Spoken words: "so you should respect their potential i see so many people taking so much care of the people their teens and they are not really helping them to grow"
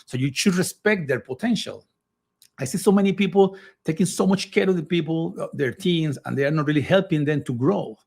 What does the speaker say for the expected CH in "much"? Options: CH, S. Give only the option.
CH